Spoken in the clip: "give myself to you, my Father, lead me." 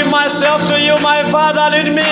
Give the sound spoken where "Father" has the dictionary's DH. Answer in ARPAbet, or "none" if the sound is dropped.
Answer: DH